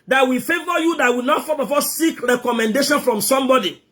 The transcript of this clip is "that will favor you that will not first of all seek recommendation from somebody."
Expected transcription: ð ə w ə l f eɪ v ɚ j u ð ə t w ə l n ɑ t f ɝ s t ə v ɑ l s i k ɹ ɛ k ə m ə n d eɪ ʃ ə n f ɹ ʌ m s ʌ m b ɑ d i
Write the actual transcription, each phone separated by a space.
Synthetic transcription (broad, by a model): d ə w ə f eɪ v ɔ j u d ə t w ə n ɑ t f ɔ t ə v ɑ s s i k ɹ ɛ k ə m ə n d eɪ ʃ ə n f ɹ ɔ m s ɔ m b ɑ d i